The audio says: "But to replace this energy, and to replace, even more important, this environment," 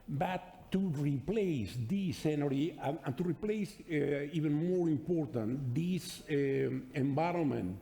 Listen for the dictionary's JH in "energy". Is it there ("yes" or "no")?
no